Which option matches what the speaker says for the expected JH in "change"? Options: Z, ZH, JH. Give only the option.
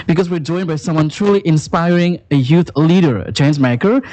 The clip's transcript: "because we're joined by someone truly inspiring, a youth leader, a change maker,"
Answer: Z